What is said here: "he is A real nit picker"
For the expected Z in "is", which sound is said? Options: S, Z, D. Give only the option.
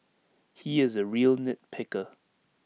Z